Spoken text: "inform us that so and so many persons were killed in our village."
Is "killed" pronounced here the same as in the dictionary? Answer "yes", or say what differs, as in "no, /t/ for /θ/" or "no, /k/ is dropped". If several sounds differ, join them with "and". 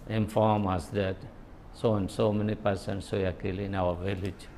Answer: no, /d/ is dropped